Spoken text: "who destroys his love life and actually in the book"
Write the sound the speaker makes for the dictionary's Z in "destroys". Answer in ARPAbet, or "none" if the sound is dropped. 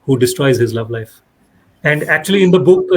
Z